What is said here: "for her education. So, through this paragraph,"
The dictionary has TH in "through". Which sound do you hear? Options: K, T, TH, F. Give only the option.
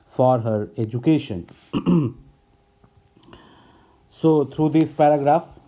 T